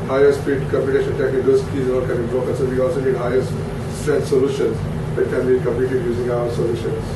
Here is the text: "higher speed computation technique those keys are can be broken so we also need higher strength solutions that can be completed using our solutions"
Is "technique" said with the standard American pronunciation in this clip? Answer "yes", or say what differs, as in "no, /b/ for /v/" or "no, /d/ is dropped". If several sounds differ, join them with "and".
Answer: no, /n/ is dropped